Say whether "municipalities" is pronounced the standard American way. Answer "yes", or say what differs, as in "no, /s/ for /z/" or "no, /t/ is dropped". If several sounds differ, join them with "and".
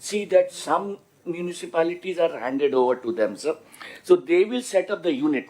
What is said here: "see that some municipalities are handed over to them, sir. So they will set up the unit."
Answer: yes